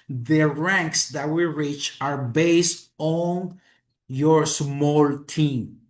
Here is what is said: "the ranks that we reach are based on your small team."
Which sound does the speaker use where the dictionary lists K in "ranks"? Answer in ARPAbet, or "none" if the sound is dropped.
K